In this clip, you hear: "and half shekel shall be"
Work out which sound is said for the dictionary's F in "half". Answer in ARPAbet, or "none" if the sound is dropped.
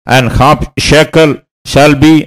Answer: P